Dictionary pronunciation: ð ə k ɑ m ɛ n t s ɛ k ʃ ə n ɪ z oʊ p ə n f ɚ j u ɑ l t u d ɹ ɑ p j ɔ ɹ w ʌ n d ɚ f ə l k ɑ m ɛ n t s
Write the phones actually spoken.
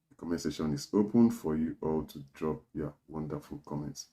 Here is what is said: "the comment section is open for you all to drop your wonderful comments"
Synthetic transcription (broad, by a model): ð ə k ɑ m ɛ s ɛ ʃ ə n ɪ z oʊ p ə n f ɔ j u ɑ l t u d ɹ ɑ p j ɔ w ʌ n d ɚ f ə l k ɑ m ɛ n t s